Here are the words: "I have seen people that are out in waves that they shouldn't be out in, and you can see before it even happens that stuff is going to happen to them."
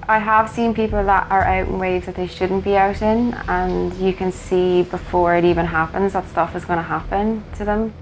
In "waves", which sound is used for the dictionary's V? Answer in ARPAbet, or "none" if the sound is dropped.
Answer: none